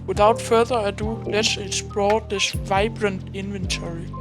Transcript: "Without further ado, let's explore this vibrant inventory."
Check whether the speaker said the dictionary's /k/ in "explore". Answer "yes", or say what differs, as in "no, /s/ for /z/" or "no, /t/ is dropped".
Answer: no, /k/ is dropped